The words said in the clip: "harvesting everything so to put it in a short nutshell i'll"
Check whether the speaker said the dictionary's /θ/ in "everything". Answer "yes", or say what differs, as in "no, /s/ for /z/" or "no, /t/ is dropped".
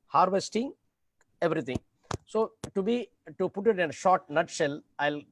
no, /t/ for /θ/